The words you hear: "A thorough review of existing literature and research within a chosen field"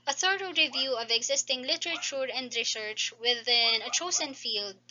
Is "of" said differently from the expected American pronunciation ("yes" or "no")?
no